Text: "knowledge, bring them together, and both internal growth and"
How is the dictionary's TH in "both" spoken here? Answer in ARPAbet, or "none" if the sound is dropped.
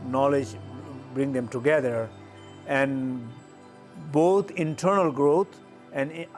T